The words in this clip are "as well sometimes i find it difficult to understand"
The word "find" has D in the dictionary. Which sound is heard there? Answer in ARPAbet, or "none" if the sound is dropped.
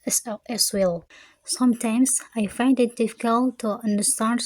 D